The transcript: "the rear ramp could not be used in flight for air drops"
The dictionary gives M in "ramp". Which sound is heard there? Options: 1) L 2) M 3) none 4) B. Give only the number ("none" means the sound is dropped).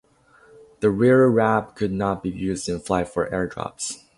3